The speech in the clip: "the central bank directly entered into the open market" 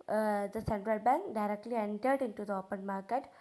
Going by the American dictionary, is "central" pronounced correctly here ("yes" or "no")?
yes